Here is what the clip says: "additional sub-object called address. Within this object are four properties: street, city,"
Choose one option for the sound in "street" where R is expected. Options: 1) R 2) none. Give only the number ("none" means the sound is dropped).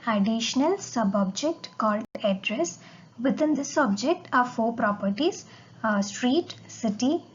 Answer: 1